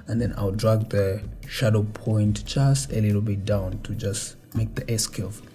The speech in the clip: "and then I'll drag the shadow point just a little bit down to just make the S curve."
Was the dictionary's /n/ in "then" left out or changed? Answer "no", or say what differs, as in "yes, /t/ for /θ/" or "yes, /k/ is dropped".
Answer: no